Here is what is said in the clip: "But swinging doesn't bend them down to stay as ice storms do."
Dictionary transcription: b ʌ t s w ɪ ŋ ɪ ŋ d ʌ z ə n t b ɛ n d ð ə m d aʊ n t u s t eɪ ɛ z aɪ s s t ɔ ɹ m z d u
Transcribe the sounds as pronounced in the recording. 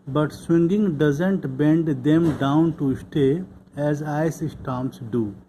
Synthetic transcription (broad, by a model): b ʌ t s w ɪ ŋ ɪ ŋ d ʌ z ə n t b ɛ n d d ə m d aʊ n t u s t eɪ ɛ z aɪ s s t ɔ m s d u